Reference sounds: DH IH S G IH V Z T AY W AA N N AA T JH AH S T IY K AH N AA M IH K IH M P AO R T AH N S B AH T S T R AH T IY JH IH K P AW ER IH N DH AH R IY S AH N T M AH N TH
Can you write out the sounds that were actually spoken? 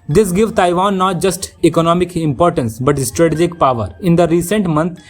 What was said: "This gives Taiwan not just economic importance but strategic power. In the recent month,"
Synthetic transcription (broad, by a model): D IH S G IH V T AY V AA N N AA T JH AH S T IY K AH N AA M IH K IH M P AO R T AH N S B AH T S T R AH T IY JH IH K P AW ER IH N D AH R IY S AH N T M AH N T